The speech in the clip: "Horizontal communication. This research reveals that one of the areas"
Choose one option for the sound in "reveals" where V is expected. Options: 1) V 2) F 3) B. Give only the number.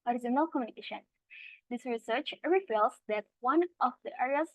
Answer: 2